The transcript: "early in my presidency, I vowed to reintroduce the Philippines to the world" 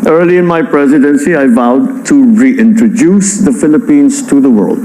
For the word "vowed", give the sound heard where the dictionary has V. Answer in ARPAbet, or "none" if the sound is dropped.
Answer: V